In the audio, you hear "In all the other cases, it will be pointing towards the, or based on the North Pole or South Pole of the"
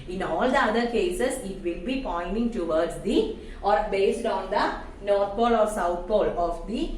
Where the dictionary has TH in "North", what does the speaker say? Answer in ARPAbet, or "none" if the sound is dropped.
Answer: T